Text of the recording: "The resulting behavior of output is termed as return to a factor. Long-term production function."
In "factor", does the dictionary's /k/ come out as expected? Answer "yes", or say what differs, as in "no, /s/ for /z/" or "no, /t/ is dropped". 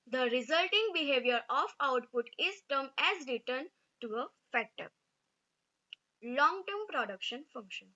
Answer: no, /k/ is dropped